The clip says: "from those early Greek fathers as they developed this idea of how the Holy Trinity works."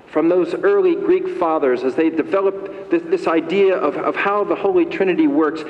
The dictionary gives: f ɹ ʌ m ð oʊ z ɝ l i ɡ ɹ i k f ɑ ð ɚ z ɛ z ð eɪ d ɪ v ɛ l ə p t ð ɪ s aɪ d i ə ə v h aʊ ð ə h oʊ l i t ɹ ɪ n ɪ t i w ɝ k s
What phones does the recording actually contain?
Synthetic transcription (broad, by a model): f ɹ ʌ m ð oʊ z ɝ l i ɡ ɹ i k f ɑ ð ɚ z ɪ z ð eɪ d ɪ v ɛ l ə p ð ð ɪ s aɪ d i ə ə v h aʊ ð ə h oʊ l i t ɹ ɪ n ɪ t i w ɝ k s